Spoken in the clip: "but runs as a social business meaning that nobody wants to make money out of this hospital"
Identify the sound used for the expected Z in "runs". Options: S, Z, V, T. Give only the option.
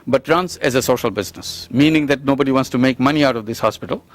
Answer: S